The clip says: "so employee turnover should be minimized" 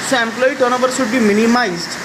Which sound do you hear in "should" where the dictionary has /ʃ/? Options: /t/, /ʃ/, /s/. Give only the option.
/s/